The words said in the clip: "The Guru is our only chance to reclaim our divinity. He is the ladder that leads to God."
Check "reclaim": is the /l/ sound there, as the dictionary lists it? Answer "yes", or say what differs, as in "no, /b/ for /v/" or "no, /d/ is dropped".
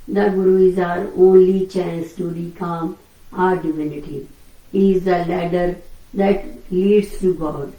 no, /l/ is dropped